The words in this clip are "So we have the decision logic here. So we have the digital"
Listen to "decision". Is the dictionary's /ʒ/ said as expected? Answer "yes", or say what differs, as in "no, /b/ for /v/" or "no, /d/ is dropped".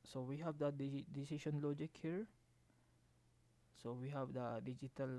no, /ʃ/ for /ʒ/